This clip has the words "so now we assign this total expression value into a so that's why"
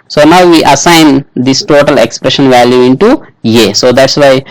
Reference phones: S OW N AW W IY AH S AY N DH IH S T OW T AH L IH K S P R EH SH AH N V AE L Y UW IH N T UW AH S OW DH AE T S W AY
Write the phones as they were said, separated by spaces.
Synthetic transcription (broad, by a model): S OW N AW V IY AH S AY N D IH S T OW T AH L IH K S P R EH SH AH N V AE L Y UW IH N T UW AH S OW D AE T S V AY